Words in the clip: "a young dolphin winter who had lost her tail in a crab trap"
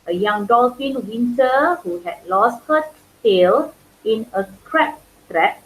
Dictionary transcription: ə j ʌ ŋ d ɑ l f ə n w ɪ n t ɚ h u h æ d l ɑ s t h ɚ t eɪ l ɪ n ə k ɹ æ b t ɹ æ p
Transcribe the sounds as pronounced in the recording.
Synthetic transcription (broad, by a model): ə j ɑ ŋ d ɑ l f ə n w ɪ n t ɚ h u h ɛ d l ɑ s t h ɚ t eɪ l ɪ n ə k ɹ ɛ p t ɹ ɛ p